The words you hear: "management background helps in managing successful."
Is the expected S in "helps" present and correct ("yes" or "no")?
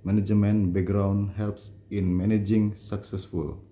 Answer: yes